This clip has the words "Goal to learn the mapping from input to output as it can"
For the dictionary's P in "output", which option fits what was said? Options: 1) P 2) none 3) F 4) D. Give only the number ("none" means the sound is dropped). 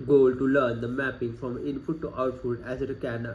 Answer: 3